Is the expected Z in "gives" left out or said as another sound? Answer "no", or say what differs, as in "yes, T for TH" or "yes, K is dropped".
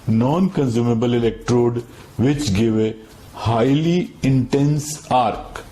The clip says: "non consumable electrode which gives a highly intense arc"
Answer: yes, Z is dropped